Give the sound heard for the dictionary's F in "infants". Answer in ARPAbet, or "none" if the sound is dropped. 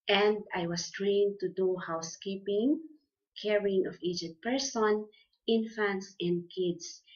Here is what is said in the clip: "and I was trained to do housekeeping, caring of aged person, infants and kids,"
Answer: F